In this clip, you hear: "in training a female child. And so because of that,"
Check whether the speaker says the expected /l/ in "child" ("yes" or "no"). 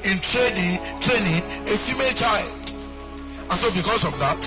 yes